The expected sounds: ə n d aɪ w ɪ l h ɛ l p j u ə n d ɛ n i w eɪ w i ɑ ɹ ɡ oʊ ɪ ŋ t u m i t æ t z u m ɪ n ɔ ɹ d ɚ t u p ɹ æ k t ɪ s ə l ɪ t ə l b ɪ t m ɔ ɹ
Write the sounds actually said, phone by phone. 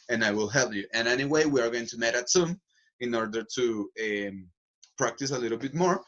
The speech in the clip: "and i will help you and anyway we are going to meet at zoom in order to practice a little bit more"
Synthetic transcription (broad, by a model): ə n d aɪ w ɪ l h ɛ l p j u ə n ɛ n i w eɪ w i ɑ ɹ ɡ oʊ ɪ ŋ t u m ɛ t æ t s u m ɪ n ɔ ɹ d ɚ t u p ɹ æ k t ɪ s ə l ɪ t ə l b ɪ t m ɔ ɹ